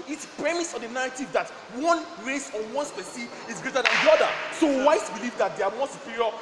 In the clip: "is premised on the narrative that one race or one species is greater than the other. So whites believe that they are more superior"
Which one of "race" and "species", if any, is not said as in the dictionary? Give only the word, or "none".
species